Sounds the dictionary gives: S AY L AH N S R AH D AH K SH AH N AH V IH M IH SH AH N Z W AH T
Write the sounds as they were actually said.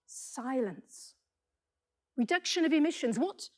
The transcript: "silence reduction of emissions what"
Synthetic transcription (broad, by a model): S AY L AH N S R AH D AH K SH AH N AH V IH M IH SH AH N Z W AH T